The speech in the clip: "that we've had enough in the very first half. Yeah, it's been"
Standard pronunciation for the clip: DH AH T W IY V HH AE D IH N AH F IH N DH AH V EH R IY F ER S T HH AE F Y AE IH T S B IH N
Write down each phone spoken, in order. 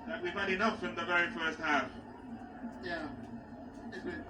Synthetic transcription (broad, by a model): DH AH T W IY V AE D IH N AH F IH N DH AH V EH R IY F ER S T HH AE F Y AE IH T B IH